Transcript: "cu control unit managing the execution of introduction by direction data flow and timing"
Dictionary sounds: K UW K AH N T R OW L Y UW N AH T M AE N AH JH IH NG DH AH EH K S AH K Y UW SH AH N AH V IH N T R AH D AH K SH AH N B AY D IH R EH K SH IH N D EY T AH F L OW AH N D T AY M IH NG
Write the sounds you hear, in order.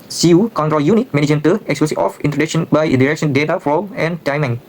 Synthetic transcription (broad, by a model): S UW K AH N T R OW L Y UW N AH T M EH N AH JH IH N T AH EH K S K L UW S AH AH F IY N T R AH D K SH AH N B AY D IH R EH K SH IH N D EY T AH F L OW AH N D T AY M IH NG